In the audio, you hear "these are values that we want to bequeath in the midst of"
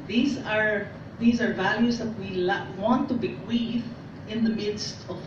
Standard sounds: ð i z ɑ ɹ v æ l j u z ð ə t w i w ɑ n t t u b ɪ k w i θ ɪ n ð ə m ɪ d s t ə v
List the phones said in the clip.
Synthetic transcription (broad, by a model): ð i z ɑ ɹ v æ l j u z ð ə t w i w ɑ n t t u b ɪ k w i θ ɪ n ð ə m ɪ d s t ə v